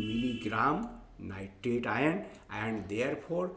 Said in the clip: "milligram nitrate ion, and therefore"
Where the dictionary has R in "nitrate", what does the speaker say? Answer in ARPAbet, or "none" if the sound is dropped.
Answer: none